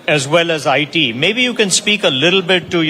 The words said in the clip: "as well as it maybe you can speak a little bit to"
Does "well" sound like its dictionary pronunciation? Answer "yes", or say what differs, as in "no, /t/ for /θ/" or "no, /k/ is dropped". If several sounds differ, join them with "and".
yes